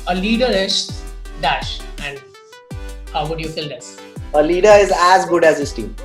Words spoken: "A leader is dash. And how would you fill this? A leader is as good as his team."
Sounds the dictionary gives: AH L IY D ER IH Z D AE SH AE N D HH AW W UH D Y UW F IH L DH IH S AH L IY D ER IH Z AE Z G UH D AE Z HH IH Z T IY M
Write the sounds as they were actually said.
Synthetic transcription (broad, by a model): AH L IY D ER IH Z D AE SH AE N D HH AW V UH D Y UW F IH L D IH S AH L IY D ER IH Z AE Z G UH D AE Z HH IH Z T IY M